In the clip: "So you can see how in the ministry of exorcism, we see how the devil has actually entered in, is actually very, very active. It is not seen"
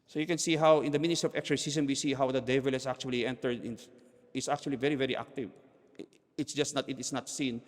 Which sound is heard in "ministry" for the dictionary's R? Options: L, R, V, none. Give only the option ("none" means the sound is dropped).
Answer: none